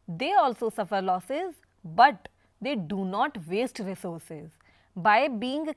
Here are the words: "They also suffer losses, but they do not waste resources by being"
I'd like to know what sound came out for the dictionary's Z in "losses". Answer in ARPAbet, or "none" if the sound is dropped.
Z